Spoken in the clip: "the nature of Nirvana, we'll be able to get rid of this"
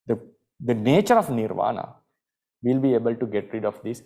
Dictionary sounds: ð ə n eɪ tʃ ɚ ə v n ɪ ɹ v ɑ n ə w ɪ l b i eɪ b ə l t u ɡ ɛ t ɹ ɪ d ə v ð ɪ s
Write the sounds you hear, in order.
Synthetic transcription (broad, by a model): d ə n eɪ tʃ ɚ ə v n ɪ ɹ v ɑ n ə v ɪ l b i eɪ b ə l t u ɡ ɛ t ɹ ɪ d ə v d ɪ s